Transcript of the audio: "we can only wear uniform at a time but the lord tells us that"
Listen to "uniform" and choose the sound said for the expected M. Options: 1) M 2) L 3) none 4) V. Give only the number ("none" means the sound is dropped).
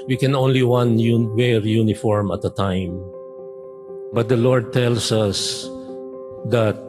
1